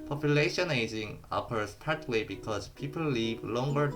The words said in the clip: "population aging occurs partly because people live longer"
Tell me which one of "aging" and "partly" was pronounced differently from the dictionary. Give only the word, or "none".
partly